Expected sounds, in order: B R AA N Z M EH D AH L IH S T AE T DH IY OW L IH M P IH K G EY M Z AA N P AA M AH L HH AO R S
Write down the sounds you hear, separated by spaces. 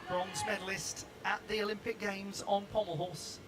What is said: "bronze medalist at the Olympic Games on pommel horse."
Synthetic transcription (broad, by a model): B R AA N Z M EH D AH L IH S T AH T DH IY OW L IH M P IH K G EY M Z N P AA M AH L HH AO S